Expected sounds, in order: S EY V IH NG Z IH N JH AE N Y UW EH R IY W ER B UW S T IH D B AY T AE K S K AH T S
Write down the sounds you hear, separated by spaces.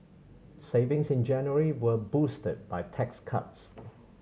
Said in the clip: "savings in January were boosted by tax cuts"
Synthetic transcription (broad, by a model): S EY V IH NG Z IH N JH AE N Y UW R IY W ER B UW S T IH D B AY T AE K S K AH T S